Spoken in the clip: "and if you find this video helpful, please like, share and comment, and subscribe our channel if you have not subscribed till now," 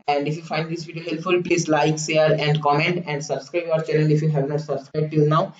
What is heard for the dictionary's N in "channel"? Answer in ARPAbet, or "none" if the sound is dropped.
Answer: L